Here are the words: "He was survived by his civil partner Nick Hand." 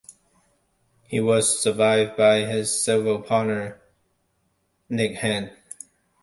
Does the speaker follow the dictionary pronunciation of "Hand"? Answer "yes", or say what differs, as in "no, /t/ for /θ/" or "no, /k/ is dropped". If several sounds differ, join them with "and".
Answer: no, /d/ is dropped